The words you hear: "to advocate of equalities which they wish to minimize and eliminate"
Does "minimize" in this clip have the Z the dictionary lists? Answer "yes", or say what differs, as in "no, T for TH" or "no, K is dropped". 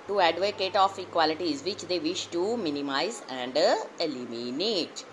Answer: yes